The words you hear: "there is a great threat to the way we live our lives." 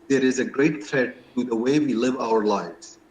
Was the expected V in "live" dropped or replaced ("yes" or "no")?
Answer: no